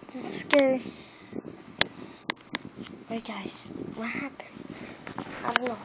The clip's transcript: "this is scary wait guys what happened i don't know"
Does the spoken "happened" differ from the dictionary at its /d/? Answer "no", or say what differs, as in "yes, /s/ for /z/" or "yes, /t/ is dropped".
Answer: yes, /d/ is dropped